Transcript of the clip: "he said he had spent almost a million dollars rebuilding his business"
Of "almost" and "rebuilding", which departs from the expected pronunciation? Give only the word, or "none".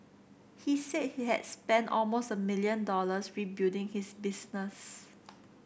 rebuilding